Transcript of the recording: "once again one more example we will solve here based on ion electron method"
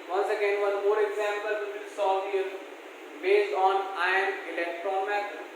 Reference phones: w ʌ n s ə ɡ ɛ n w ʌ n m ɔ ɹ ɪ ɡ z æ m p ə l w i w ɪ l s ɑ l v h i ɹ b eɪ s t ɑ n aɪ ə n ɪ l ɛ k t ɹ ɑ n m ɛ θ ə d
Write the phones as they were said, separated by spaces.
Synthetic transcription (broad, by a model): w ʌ n s ə ɡ ɛ n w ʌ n m ɔ ɹ ɪ ɡ z æ m p ə l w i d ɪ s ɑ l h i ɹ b eɪ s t ɑ n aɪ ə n ɪ l ɛ k t ɹ ɑ n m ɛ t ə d